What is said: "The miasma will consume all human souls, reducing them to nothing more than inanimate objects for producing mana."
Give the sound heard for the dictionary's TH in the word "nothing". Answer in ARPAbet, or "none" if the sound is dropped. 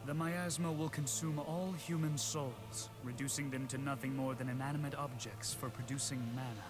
TH